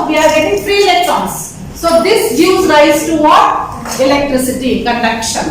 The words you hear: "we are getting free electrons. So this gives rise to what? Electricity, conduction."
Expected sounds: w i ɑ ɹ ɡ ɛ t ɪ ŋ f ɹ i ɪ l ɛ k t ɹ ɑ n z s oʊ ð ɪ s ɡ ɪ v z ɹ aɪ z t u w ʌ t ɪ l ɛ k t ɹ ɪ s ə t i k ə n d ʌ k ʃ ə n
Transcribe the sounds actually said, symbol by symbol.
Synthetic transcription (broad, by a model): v i ɑ ɹ ɡ ɛ t ɪ ŋ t ɹ i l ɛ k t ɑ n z s oʊ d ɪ s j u z ɹ aɪ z t u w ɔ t ɪ l ɛ k t ɹ ɪ s ə t i k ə n d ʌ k ʃ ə n